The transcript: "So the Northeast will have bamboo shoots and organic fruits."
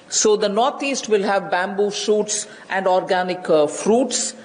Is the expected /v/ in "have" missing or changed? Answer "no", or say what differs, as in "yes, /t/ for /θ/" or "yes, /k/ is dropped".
no